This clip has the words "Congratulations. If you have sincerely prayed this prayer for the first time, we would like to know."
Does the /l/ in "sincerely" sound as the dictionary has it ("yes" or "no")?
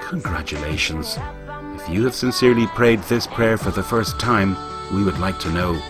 yes